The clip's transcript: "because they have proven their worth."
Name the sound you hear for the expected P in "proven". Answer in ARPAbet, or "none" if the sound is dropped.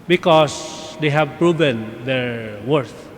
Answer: P